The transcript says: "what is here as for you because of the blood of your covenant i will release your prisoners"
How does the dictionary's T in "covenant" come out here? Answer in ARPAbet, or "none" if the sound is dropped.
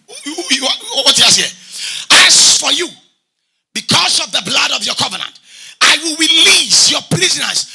T